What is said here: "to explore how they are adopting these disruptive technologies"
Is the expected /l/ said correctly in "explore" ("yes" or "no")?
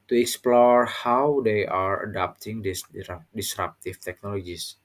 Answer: yes